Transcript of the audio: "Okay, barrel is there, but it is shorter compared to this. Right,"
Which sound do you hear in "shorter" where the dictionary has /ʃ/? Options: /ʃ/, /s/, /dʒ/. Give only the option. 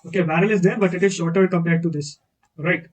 /ʃ/